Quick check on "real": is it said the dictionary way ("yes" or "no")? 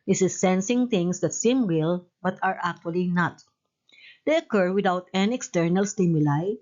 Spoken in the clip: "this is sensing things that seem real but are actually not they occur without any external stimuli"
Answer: no